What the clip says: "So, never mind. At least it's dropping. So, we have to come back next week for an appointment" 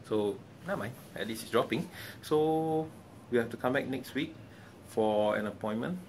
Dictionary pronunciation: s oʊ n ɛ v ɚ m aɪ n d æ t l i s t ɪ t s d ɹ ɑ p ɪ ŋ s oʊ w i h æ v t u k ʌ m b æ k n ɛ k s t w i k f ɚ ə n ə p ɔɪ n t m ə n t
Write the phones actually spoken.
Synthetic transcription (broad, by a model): s oʊ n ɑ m aɪ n ɛ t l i s ɪ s d ɹ ɑ p ɪ ŋ s oʊ w i h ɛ f t u k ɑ m b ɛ k n ɛ k s t w i k f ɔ ə n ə p ɔɪ n m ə n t